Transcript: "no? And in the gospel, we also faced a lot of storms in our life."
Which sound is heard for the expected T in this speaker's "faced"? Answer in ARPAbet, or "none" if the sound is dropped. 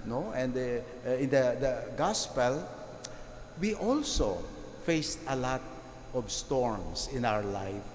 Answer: T